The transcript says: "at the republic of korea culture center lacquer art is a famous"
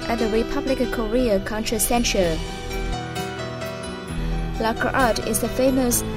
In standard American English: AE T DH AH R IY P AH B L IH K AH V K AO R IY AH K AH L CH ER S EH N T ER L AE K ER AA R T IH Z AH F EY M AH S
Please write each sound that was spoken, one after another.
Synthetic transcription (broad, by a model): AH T DH AH R IY P AH B L IH K AH V K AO R IY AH K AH N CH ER S EH N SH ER L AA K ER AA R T IH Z AH F EY M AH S